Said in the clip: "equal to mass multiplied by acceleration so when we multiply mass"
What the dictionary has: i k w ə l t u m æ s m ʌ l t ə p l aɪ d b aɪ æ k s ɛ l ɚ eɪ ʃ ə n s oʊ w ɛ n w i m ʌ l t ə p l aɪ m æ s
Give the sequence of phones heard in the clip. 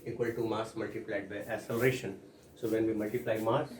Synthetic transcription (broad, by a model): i k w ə l t u m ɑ s m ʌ l t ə p l aɪ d b aɪ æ s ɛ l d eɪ ʃ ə n s oʊ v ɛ n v i m ʌ l t ə p l aɪ m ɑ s